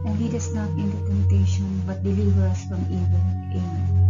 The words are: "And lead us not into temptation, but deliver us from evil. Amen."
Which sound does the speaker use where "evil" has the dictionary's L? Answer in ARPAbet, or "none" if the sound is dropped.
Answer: N